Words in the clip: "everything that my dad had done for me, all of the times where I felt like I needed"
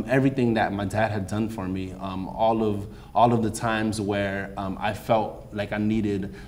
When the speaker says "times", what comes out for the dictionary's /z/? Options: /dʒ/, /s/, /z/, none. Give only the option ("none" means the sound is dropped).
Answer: /z/